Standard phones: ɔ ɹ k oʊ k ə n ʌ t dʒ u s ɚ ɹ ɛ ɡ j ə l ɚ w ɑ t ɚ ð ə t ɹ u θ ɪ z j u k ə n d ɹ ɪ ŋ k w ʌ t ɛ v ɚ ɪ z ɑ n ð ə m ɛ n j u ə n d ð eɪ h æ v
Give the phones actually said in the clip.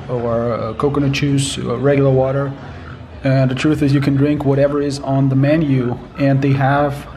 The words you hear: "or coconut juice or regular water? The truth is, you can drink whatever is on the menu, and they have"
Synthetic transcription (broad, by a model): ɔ ɹ k oʊ k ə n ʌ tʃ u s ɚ ɹ ɛ ɡ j l ɚ w ɑ t ɚ ð ə t ɹ u θ ɪ z j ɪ k ə n d ɹ ɪ ŋ k w ʌ t ɛ v ɚ ɪ z n ð ə m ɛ n j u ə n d ð eɪ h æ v